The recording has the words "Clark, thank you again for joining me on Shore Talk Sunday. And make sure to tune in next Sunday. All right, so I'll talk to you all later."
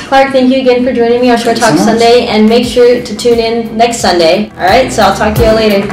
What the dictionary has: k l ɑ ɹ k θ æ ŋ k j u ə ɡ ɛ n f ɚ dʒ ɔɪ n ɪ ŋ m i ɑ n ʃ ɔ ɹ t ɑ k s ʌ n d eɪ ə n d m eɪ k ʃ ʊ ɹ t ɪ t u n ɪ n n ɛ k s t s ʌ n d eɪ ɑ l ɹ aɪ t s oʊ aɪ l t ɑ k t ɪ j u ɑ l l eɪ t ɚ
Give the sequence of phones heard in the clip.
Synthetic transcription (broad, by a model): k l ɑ ɹ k θ æ ŋ k j u ə ɡ ɛ n f ɚ dʒ ɔɪ n ɪ ŋ m i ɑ ʃ ɔ ɹ t ɑ k s ʌ n d eɪ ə n m eɪ k ʃ ʊ ɹ t ɪ t u n ɪ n n ɛ k s t s ʌ n d eɪ ɑ l ɹ aɪ t s oʊ aɪ l t ɑ k t ɪ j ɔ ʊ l l eɪ t ɚ